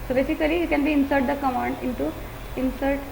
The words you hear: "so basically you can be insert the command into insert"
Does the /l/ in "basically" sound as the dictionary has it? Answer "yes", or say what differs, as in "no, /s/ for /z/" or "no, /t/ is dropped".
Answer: no, /l/ is dropped